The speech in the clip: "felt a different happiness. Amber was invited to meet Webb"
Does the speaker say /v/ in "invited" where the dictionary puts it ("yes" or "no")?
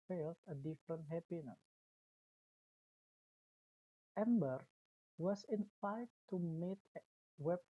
no